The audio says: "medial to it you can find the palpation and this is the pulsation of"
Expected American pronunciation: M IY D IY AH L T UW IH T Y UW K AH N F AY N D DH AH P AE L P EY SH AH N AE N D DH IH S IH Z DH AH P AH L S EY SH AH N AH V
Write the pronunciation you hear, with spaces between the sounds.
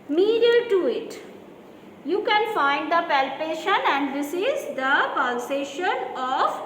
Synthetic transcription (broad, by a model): M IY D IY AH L T UW IH T Y UW K AH N F AY N D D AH P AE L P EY SH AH N AE N D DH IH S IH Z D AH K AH N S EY SH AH N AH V